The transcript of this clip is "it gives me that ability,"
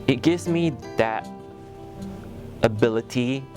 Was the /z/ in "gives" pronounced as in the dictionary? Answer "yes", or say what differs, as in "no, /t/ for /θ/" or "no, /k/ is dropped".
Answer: yes